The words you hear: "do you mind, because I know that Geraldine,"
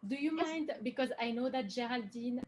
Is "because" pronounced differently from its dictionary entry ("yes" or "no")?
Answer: no